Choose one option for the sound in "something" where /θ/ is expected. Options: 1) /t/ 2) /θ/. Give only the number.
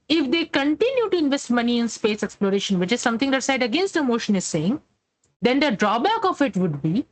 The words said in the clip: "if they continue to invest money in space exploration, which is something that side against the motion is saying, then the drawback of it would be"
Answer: 1